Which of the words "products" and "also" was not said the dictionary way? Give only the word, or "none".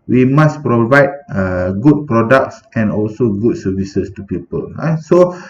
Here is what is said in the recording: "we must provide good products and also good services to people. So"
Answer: none